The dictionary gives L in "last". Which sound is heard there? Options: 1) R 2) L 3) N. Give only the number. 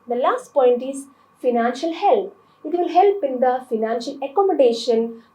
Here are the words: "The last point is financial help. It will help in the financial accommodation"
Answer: 2